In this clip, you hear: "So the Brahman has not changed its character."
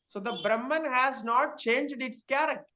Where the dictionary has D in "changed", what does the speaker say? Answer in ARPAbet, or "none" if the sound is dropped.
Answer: D